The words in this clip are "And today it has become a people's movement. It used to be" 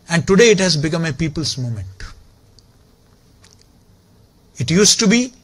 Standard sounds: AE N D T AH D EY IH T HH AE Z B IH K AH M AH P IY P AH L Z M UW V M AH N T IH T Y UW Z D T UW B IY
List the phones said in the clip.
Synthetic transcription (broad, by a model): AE N D T AH D EY IH T HH AE Z B IH K AH M AH P IY P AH L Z M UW M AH N T IH T Y UW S T UW B IY